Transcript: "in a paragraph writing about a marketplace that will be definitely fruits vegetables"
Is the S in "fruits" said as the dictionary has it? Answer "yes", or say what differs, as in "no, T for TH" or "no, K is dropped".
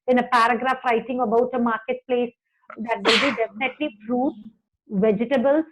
no, S is dropped